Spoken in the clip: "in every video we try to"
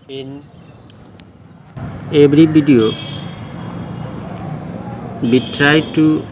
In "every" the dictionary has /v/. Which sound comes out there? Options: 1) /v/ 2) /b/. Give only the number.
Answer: 2